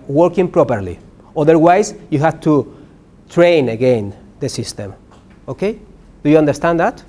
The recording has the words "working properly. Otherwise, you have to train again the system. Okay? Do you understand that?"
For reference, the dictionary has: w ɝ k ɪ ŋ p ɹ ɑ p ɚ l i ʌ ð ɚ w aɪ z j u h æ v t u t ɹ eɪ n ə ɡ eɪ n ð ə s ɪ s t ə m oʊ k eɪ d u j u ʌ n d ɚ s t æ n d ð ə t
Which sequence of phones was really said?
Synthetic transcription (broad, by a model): w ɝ k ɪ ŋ p ɹ ɑ p ɚ l i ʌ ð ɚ w aɪ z j u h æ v t u t ɹ eɪ n ə ɡ eɪ n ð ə s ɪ s t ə m oʊ k eɪ d u j u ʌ n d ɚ s t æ n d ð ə t